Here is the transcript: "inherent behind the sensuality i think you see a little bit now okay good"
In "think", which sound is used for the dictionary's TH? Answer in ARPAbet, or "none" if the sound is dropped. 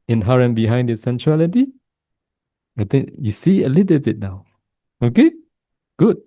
T